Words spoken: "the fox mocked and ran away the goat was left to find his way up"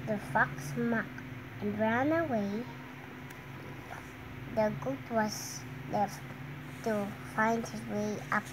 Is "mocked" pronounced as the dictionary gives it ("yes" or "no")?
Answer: no